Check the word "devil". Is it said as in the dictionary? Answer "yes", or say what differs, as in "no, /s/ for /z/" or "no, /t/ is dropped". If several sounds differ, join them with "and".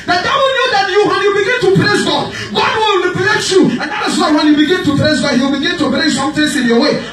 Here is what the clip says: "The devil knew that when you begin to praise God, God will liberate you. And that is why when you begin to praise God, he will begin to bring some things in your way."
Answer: no, /w/ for /v/